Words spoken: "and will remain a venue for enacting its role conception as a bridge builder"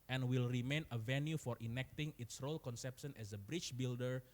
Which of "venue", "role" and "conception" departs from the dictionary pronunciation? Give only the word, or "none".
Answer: none